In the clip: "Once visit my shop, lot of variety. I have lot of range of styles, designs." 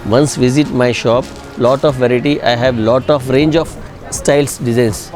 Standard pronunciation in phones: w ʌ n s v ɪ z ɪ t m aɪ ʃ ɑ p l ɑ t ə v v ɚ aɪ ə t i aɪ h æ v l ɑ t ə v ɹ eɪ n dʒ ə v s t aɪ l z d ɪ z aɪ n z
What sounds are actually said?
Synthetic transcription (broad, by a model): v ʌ n s v ɪ z ɪ t m aɪ ʃ ɑ p l ɑ t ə f v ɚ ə t i aɪ h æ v l ɑ t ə f ɹ eɪ n dʒ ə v s t aɪ l s d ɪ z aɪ n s